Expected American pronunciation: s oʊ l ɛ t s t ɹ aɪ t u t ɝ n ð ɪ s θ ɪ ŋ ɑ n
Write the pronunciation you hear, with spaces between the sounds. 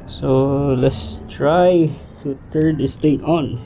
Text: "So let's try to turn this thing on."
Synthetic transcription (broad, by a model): s oʊ l ɛ t s t ɹ aɪ t u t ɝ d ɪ s t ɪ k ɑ n